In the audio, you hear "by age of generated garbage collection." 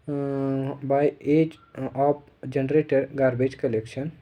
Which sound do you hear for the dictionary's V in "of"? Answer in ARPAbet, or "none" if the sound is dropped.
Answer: P